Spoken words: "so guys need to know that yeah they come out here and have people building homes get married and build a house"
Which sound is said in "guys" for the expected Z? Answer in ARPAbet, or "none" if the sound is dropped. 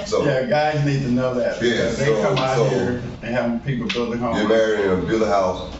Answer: Z